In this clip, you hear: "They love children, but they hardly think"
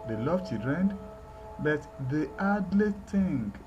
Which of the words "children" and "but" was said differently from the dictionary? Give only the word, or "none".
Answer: children